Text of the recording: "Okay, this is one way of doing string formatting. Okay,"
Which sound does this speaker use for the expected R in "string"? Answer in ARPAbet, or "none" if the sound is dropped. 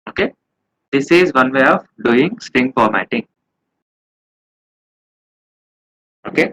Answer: none